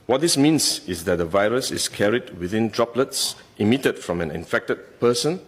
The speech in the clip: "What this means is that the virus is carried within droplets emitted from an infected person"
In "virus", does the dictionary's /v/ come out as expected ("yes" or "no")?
yes